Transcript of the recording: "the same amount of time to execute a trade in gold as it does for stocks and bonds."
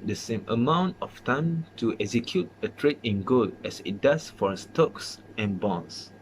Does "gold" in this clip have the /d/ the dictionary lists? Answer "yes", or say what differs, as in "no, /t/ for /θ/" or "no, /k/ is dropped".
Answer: no, /d/ is dropped